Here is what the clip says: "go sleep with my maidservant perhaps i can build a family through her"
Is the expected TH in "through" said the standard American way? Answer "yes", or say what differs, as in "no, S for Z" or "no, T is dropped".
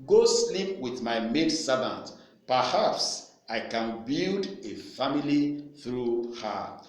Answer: yes